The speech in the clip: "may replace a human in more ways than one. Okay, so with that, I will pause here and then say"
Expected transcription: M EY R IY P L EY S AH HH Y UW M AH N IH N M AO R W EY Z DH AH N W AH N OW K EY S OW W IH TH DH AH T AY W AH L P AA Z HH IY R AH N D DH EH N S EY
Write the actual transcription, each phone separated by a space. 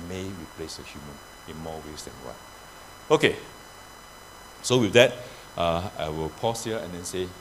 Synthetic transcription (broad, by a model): M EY R IY P L EY S AH HH Y UW M AH N IH N M AO W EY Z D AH N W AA OW K EY S OW W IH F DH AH T AY W AH L P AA S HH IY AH AH N D EH N S EY